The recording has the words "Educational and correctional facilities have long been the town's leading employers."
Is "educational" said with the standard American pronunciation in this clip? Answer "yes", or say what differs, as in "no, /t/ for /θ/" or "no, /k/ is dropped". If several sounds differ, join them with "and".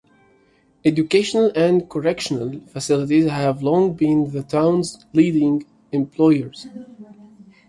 yes